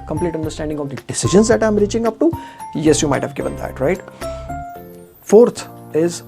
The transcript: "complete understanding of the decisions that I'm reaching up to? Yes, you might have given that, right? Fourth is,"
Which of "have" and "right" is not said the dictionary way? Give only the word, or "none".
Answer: none